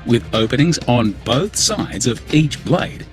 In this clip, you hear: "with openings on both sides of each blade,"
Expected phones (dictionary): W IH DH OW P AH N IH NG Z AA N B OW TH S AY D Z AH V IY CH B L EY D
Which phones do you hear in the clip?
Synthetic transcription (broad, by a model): W IH DH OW P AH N IH NG Z N B OW TH S AY D Z AH V IY CH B L EY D